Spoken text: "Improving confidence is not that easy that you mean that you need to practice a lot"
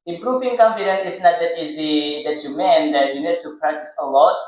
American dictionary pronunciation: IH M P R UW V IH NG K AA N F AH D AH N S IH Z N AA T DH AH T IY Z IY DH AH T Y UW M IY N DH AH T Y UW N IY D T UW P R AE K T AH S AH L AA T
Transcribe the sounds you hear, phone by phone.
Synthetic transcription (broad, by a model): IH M P R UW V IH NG K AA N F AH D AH N IH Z N AA T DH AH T IY Z IY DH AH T Y UW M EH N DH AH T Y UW N IY D T UW P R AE K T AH S AH L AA T